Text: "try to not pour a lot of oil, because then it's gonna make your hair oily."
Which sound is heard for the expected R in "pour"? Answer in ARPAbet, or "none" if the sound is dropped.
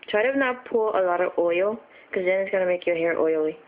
L